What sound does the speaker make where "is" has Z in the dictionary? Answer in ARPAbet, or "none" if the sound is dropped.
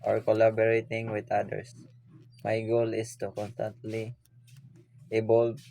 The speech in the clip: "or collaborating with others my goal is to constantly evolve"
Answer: S